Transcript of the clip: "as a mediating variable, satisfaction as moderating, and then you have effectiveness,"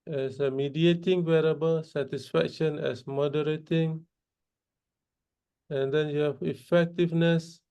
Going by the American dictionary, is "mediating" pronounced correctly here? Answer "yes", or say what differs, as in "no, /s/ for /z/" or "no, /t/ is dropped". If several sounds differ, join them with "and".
yes